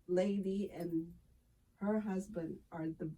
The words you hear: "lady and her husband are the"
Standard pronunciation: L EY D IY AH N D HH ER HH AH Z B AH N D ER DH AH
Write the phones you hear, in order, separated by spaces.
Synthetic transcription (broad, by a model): L EY D IY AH N HH ER HH AH Z B AH N D ER DH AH